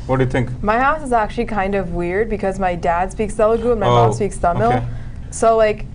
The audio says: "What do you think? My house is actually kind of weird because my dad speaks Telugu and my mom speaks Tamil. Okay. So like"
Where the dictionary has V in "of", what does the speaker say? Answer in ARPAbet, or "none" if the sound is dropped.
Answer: V